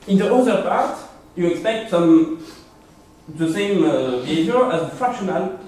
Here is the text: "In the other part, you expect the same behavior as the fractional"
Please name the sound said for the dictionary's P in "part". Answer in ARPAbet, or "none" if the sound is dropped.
P